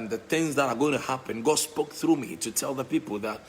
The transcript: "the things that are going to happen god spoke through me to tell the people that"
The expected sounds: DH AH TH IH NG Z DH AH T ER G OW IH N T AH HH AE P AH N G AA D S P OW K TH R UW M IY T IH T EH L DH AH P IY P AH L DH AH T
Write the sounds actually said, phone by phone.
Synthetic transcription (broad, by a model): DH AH TH IH NG Z DH AH T ER G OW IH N T AH HH AE P AH N G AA S P OW K TH R UW M IY T IH T EH L DH AH P IY P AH L DH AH T